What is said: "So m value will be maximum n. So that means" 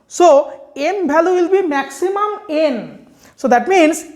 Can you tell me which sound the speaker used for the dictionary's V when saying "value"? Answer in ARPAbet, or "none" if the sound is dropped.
B